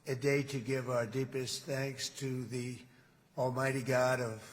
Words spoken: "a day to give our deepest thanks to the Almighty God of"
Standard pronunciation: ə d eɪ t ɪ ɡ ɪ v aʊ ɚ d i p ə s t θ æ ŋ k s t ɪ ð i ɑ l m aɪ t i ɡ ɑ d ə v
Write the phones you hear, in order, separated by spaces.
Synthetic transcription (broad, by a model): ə d eɪ t ɪ ɡ ɪ v aʊ ɚ d i p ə s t θ æ ŋ k s t ɪ ð i ɑ l m aɪ t i ɡ ɑ d ə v